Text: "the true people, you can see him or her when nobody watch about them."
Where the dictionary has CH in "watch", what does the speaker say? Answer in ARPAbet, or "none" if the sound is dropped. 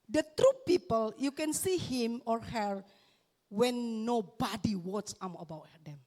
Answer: S